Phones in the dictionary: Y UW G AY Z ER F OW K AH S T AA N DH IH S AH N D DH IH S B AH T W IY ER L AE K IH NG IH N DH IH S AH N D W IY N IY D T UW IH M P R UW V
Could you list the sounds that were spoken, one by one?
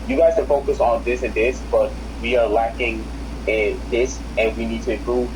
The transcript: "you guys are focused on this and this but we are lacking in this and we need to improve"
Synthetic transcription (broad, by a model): Y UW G AY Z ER F OW K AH S AA N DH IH S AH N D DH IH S B AH T W IY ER L AE K IH NG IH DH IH S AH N W IY N IY D T UW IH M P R UW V